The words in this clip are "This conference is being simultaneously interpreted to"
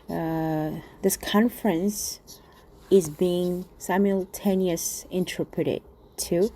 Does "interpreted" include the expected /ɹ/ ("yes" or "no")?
yes